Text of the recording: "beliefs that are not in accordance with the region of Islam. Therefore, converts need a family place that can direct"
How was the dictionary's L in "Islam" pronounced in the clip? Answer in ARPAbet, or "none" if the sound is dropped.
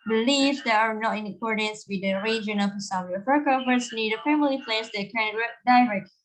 none